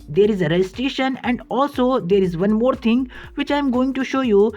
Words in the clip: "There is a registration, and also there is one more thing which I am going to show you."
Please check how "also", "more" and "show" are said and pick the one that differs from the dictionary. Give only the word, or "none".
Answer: none